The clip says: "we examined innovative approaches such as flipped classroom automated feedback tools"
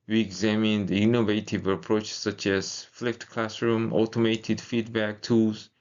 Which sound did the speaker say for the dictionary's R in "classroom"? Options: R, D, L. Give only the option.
R